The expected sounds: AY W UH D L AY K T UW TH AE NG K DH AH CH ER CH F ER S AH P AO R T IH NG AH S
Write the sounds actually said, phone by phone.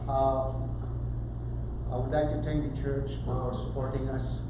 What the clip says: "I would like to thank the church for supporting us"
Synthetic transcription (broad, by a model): AY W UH D L AY K T UW T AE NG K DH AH CH ER CH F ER S AH P AO R T IH NG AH S